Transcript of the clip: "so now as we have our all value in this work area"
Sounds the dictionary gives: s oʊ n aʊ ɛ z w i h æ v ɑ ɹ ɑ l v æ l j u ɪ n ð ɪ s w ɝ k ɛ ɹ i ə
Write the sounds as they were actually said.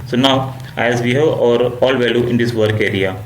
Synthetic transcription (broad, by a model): s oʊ n aʊ ɛ z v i h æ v ɑ ɹ ɑ l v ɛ l j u ɪ n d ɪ s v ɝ k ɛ ɹ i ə